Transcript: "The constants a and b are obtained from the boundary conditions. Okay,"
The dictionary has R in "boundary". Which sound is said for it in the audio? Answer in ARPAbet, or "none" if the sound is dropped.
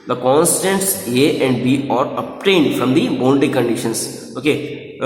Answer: none